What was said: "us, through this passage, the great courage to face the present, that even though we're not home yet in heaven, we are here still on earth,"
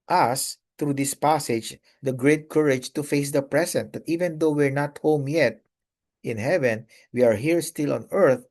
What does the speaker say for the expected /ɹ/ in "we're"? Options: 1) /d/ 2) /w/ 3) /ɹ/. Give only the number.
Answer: 3